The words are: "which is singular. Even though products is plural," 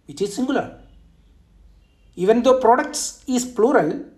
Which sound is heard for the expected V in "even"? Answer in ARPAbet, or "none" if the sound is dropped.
V